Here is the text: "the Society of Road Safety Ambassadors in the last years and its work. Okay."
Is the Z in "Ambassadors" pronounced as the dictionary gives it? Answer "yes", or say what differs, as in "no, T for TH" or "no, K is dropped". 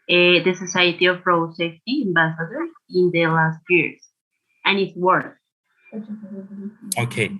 no, Z is dropped